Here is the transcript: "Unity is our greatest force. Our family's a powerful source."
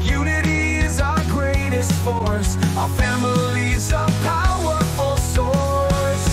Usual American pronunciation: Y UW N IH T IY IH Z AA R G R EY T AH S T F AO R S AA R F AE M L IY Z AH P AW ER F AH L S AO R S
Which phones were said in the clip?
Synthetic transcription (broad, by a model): Y UW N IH T IY Z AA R G R EY T AH S T F AO R S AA F AE M L IY Z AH P AW ER F AH L S AO R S